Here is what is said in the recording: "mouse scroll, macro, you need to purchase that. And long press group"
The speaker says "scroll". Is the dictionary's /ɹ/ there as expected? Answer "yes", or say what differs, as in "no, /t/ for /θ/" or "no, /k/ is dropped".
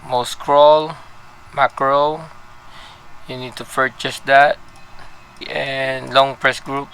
yes